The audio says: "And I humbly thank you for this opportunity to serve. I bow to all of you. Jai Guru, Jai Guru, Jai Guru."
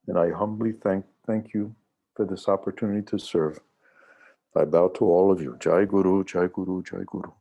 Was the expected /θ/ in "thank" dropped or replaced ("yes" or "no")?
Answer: no